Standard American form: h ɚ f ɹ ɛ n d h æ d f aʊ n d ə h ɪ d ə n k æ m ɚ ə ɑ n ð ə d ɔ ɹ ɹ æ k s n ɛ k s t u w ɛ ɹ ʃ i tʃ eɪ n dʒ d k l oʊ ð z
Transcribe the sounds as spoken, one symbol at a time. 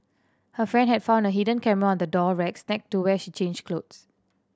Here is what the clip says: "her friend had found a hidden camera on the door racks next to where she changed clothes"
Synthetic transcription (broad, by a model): h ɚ f ɹ ɛ n d h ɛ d f aʊ n d ə h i d ə n k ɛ m ɚ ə ɑ n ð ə d ɔ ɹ ɹ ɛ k s n ɛ k t u w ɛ ʃ i tʃ eɪ n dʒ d k l oʊ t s